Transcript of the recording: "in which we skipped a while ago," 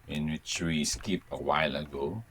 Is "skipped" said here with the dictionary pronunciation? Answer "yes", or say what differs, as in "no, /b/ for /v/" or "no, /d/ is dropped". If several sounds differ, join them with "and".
no, /t/ is dropped